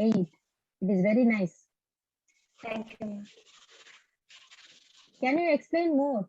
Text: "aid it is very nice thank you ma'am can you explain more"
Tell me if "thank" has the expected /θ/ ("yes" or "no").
no